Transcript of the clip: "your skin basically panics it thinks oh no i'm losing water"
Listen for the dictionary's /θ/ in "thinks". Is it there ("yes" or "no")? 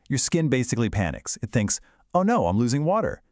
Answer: yes